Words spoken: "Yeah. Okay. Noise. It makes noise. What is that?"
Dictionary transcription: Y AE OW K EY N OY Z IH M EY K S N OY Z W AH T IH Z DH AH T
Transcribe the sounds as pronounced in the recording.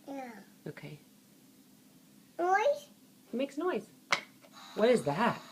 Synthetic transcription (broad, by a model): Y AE OW K EY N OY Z IH M EY K S N OY Z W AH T IH Z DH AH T